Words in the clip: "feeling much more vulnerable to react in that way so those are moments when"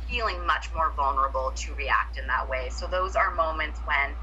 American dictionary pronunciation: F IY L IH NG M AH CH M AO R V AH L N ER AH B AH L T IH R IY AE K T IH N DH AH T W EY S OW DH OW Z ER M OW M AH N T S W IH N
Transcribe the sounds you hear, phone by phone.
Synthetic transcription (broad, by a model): F IY L IH NG M AH CH M AO R V AH L N ER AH B L T IH R IY AE K T IH N DH AH T W EY S OW DH OW Z ER M OW M AH N T S W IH N